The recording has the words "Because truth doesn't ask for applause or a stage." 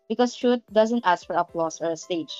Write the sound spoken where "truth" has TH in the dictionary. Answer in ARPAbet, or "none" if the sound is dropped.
T